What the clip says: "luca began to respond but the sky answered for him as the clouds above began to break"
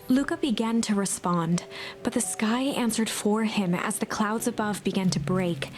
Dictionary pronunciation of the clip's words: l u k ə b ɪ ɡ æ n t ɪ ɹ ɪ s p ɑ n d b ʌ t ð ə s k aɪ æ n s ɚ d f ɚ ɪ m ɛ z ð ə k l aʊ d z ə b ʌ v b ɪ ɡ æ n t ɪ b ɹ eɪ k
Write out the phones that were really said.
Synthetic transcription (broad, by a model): l u k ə b ɪ ɡ æ n t ɪ ɹ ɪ s p ɑ n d b ʌ t ð ə s k aɪ æ n s ɚ d f ɚ ɪ m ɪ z ð ə k l aʊ d z ə b ʌ v b ɪ ɡ æ n t ɪ b ɹ eɪ k